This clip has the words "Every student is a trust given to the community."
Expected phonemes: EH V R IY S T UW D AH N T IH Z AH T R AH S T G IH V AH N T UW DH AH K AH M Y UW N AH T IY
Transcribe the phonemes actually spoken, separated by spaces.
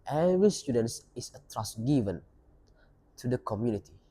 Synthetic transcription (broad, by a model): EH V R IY S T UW D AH N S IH S AH T R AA S G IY V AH N T UW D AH K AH M Y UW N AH T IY